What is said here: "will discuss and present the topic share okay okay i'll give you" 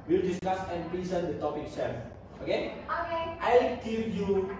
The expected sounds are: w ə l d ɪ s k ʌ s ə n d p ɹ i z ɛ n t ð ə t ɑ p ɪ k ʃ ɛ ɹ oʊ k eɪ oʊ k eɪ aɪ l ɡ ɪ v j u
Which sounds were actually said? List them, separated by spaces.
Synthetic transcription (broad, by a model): w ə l d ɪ s k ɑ s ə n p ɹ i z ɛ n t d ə t ɑ p ɪ k s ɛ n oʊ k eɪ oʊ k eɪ aɪ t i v j u